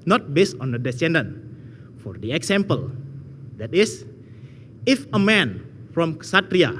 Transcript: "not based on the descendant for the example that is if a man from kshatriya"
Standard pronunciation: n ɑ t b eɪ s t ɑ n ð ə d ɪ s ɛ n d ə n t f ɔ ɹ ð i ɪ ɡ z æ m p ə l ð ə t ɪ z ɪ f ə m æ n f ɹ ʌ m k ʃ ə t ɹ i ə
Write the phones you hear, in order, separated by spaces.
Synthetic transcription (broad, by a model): n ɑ t b eɪ s t ɑ n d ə d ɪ s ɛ n d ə n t f ɔ ɹ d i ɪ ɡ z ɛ m p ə l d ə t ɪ s ɪ f ə m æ n f ɹ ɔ m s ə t ɹ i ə